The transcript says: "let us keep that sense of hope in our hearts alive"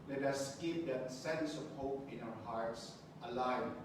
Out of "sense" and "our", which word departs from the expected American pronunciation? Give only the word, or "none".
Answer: none